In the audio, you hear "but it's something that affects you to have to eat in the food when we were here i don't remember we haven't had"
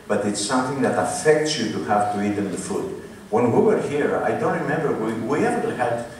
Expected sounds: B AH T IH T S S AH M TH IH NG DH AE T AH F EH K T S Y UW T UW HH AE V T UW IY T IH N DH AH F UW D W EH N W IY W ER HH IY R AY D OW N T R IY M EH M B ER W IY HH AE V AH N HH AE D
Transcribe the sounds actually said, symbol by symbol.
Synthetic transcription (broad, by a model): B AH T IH T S S AH M TH IH NG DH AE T AH F EH K T S Y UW T UW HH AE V T UW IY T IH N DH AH F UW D W EH N W IY W ER HH IY R AY D OW N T R IY M EH M B ER W IY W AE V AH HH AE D